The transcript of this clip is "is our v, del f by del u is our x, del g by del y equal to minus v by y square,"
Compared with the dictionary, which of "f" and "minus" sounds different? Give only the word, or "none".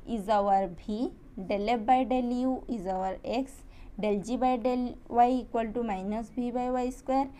f